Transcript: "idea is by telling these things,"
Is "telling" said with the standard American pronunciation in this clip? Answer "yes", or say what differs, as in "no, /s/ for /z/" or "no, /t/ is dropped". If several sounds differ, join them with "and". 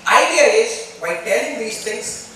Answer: no, /n/ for /l/